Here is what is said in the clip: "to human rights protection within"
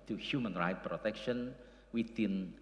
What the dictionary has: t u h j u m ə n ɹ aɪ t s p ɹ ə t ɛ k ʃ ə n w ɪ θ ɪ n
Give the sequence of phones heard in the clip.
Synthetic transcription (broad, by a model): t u h j u m ə n ɹ aɪ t p ɹ ə t ɛ k ʃ ə n w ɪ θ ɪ n